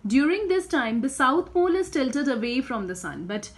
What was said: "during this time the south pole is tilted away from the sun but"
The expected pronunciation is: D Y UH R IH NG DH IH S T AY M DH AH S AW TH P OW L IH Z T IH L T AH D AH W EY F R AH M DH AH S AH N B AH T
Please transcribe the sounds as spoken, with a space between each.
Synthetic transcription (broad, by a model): D Y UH R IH NG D IH S T AY M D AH S AW T P OW L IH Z T IH L T AH D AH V EY F R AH M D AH S AH N B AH T